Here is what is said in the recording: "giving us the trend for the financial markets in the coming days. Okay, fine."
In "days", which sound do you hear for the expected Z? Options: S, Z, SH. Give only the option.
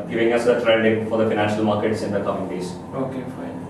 S